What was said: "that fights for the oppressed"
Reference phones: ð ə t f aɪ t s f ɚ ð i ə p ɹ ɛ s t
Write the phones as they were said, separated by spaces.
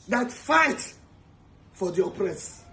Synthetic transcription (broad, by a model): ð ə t f aɪ t f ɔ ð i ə p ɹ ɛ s